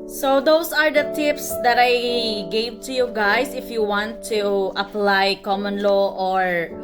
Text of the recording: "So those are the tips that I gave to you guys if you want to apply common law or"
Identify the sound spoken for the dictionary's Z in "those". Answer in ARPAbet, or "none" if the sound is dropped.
S